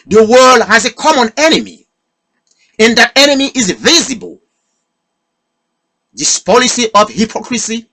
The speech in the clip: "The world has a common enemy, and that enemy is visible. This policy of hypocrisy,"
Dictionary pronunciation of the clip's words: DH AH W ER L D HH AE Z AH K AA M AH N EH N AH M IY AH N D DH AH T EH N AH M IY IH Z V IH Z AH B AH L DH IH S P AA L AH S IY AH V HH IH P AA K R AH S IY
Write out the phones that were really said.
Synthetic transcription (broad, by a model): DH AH W ER L D HH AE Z AH K AA M AH N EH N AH M IY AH N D DH AH T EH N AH M IY IH Z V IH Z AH B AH L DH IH S P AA L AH S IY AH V HH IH P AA K R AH S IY